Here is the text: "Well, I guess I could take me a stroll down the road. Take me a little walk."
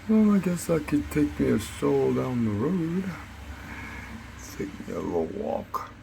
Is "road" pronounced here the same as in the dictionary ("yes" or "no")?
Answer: yes